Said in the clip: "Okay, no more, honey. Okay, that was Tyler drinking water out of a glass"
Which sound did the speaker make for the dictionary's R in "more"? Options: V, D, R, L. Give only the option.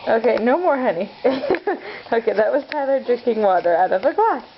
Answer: R